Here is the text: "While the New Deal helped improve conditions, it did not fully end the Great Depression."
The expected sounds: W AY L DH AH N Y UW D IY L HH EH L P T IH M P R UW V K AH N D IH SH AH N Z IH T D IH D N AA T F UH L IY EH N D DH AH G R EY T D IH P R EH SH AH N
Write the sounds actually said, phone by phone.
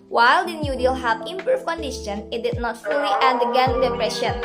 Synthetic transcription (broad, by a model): W AY L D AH N Y UW D IY L HH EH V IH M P UW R K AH N D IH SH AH N IH T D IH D N AA T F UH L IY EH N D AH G EY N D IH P R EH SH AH N